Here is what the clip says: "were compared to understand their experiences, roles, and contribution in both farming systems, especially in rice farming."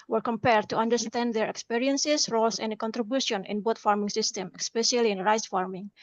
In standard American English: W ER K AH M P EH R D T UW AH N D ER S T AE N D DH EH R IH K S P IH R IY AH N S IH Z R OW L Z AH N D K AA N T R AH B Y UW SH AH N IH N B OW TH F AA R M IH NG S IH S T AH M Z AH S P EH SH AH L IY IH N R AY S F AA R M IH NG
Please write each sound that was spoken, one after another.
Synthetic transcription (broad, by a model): W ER K AH M P EH R D T UW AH N D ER S T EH N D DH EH R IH K S P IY R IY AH N S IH S R OW L S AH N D K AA N T R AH B Y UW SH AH N IH N B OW T F AA R M IH NG S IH S T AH M AH S P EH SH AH L IY IH N R AY S F AA R M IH NG